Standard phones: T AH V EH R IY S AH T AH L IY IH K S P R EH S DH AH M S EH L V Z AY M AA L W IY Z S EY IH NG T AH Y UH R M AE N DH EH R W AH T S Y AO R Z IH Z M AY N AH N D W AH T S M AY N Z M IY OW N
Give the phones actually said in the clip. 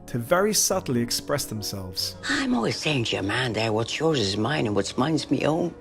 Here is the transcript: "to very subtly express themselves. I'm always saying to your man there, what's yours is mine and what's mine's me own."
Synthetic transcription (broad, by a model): T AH V EH R IY S AH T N L IY IH K S P R EH S DH AH M S EH L V Z AY M AA L W IY Z S EY IH NG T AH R M AE N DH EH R W AH T S Y AO R Z IH Z M AY N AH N W AH T S M AY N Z M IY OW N